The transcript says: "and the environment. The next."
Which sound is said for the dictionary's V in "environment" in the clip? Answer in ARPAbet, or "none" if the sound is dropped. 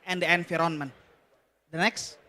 F